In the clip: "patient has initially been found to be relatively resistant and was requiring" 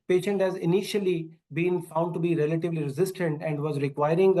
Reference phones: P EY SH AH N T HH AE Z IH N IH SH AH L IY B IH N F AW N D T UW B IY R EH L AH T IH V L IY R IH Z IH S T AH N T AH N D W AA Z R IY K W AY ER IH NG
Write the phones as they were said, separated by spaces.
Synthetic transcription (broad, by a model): P EY SH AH N T HH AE Z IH N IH SH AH L IY B IH N F AW N D T UW B IY R EH L AH T IH V L IY R IH Z IH S T AH N T AH N D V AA Z R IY K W AY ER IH NG